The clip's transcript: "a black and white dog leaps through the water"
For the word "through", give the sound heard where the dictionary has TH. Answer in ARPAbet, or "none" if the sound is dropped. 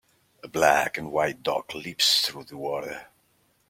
TH